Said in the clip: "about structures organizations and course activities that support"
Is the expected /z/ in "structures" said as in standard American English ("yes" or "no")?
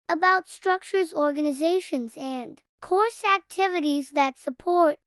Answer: yes